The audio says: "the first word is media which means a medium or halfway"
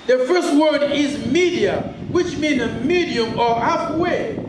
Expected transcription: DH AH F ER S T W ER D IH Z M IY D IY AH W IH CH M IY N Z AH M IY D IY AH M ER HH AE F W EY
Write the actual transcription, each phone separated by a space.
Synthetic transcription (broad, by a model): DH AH F ER S T W ER D IH Z M IY D IY AH W IH CH M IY N AH M IY D IY AH M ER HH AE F W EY